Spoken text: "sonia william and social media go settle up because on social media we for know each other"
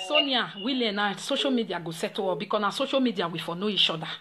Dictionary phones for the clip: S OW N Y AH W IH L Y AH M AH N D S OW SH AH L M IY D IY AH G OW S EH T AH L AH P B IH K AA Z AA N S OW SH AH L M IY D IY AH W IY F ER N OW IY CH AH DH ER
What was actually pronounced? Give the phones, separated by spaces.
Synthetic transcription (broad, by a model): S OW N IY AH W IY L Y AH AH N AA S OW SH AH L M IY D IY AH G OW S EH T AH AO B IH K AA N AA S OW SH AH M IY D IY AH W IY F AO N OW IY SH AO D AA